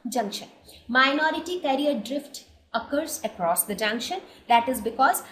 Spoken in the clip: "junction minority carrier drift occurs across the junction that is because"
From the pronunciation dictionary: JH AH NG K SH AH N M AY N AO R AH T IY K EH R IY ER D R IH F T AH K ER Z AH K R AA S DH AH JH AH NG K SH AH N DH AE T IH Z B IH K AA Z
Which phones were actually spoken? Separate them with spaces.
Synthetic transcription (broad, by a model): JH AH NG K SH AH N M AY N AO R AH T IY K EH R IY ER D R IH F T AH K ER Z AH K R AA S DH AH JH AH NG K SH AH N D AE T IH Z B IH K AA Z